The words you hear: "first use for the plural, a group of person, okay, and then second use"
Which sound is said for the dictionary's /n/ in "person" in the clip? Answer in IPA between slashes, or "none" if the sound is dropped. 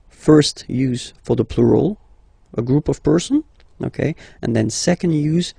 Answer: /n/